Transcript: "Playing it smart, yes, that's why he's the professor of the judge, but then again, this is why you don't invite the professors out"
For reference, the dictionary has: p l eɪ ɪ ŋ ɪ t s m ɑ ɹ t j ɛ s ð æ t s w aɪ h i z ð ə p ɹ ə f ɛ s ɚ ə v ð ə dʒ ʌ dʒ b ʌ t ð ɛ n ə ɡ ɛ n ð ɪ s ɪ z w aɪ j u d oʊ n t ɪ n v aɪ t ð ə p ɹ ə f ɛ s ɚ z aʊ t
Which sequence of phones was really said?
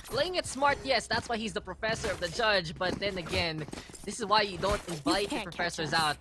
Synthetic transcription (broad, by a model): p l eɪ ɪ ŋ ɪ t s m ɑ ɹ t j ɛ s ð æ t s w aɪ h i z ð ə p ɹ ə f ɛ s ɚ ə v ð ə dʒ ʌ dʒ b ʌ t ð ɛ n ə ɡ ɛ n ð ɪ s ɪ z w aɪ j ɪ d oʊ n t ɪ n v aɪ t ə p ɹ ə f ɛ s ɚ z aʊ t